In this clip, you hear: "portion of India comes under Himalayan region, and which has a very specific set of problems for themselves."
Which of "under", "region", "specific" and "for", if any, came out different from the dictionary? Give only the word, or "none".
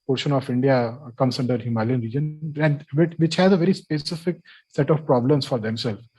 none